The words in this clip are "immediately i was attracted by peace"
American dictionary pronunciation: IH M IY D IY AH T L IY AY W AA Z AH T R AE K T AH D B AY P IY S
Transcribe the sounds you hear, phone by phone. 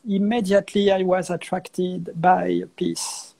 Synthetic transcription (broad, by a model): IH M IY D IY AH T L IY AY W AA Z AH T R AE K T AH D B AY P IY S